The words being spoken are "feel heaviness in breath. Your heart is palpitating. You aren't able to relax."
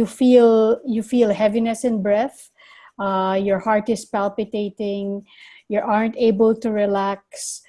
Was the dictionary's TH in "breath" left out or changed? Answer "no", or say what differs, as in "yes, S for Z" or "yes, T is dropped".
no